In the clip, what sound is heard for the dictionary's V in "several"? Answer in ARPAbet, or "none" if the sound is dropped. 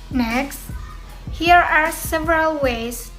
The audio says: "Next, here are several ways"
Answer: V